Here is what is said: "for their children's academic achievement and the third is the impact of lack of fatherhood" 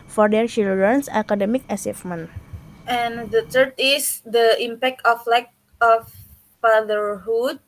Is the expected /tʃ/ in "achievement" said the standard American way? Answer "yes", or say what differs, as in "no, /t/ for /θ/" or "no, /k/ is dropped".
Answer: no, /s/ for /tʃ/